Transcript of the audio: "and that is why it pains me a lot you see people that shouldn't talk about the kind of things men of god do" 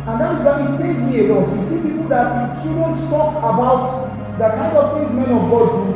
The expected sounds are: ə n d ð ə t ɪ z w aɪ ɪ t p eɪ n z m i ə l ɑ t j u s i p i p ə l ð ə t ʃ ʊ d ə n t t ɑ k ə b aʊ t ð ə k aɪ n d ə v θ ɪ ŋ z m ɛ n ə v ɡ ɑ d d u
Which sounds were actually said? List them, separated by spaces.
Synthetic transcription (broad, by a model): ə n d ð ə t ɪ z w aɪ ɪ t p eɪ z m i ə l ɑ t j u s i p i p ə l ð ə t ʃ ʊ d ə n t t ɑ k ə b aʊ t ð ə k aɪ n d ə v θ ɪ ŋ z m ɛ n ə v ɡ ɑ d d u